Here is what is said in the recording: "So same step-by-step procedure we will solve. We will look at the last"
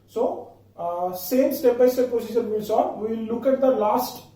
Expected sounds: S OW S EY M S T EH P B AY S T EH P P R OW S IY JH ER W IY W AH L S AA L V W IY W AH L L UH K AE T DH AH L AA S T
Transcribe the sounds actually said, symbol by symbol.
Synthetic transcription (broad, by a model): S OW S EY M S T EH P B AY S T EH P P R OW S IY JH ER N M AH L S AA N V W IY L L UH K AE T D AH L AA S T